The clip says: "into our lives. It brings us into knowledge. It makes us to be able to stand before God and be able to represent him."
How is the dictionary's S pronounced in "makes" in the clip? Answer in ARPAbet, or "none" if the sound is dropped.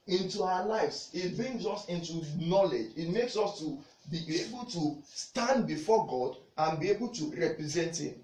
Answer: S